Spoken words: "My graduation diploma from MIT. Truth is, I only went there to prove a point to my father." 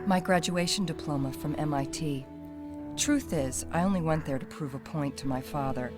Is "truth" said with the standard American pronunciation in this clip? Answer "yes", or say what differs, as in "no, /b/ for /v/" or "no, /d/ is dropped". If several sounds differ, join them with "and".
yes